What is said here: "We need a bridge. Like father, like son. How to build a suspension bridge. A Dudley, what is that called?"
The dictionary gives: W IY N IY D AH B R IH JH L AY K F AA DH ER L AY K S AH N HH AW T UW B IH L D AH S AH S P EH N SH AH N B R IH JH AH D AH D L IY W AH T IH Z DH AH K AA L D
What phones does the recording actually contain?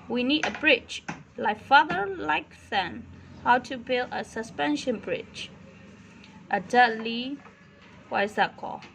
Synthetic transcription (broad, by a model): W IY N IY D AH B R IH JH L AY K F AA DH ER L AY K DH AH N HH AW T UW B IH L D AH S AH S P EH N SH AH N B R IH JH AH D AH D L IY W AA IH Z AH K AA